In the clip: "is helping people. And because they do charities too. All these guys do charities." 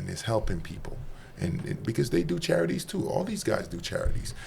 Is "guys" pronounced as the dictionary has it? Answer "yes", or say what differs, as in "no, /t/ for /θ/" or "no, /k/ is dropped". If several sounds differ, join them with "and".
yes